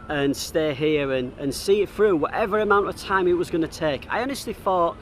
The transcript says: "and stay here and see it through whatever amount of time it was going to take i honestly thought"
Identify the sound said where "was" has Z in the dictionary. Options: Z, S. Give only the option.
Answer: Z